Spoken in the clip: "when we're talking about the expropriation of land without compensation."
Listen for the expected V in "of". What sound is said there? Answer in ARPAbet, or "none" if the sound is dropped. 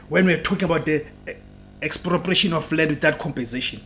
F